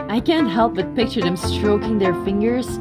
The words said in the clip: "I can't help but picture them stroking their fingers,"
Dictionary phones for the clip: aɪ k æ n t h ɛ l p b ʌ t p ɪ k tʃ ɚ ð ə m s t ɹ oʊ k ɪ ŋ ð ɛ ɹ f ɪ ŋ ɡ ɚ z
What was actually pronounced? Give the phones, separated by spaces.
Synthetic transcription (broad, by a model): aɪ k æ n t h ɛ l p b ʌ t p ɪ k tʃ ɚ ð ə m s t ɹ oʊ k ɪ ŋ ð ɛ ɹ f ɪ ŋ ɡ ɚ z